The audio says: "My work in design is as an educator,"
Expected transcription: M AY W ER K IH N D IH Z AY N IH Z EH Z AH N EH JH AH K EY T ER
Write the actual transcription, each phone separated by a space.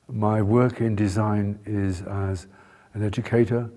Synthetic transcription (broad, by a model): M AY W ER K IH N D IH Z AY N IH Z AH Z AH N EH JH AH K EY T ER